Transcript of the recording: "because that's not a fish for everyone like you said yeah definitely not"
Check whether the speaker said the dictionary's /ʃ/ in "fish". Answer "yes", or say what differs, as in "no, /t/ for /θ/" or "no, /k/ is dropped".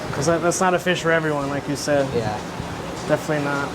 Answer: yes